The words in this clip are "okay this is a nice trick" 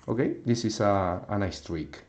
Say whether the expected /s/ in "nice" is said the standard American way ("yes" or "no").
yes